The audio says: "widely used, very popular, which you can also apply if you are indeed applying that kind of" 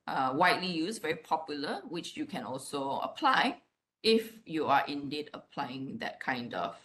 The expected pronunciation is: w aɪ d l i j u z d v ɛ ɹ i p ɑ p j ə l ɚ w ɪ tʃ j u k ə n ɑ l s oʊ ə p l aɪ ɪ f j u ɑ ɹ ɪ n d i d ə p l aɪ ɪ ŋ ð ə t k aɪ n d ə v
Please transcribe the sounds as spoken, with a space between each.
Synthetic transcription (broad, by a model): w aɪ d l i j u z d v ɛ ɹ i p ɑ p j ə l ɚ w ɪ tʃ j u k ə n ɑ l s oʊ ə p l aɪ ɪ f j u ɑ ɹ ɪ n d i d ə p l aɪ ɪ ŋ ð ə t k aɪ n d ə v